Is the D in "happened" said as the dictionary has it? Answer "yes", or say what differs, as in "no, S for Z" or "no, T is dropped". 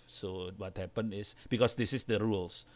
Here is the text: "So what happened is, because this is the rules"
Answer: no, D is dropped